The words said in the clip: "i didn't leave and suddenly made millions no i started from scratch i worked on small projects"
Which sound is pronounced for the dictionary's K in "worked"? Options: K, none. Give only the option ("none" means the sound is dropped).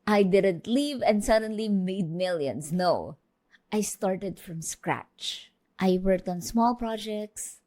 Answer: K